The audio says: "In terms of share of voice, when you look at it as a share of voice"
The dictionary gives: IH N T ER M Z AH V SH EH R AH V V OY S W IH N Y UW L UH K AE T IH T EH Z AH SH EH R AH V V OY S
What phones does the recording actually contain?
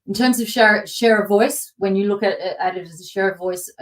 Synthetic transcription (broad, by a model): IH N T ER M Z AH V SH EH R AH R V OY S W IH N Y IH L UH K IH T IH T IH Z AH SH EH R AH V V OY S